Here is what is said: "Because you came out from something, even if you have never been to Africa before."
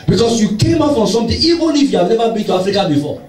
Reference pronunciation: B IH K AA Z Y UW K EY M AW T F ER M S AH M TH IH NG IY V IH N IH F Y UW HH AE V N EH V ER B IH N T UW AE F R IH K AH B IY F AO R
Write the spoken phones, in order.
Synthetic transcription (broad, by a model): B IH K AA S Y UW K EY M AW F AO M S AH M T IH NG IY V IH N IH F Y UW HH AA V N EH V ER B IH N T UW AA F R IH K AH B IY F AO